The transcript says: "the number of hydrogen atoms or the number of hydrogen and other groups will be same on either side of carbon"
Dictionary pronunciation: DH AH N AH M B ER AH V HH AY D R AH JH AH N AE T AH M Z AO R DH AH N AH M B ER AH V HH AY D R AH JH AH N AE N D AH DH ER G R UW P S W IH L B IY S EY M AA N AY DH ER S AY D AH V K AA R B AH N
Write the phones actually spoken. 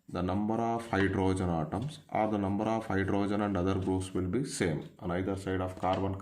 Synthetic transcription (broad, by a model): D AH N AH M B ER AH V HH AY D R AH JH AH N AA T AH M S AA R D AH N AH M B ER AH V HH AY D R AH JH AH N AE N D AH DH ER G R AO S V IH L B IY S EY M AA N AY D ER S AY D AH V K AA R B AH N